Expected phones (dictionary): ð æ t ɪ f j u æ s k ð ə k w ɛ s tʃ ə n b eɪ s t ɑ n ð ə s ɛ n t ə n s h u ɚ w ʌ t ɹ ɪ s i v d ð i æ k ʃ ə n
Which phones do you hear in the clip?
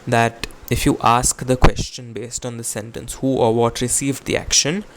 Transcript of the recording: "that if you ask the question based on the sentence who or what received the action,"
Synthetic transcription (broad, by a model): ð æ t ɪ f j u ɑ s k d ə k w ɛ s tʃ ə n b eɪ s t ɑ n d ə s ɛ n t ə n s h u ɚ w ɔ t ɹ ɪ s i v d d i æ k ʃ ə n